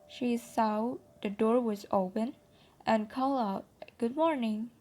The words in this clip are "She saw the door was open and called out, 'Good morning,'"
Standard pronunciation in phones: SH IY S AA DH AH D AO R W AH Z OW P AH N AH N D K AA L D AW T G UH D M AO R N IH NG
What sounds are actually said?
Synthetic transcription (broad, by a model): SH IY S AA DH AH D AO R W AH Z OW P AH N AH N K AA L AW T G UH D M AO R N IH NG